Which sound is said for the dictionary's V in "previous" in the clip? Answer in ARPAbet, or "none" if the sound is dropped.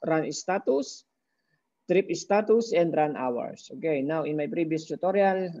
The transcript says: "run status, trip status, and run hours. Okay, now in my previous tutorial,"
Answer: B